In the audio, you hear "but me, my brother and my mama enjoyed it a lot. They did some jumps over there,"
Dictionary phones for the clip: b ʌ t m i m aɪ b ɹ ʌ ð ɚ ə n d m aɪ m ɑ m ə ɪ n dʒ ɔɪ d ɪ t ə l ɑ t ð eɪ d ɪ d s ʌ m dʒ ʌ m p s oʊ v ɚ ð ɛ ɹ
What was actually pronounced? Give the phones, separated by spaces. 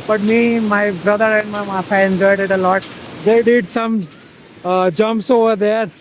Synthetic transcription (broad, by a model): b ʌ t m i m aɪ b ɹ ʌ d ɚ ə n d m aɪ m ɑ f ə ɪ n dʒ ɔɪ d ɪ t ə l ɑ t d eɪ d ɪ d s ʌ m dʒ ʌ m p s oʊ v ɚ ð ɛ ɹ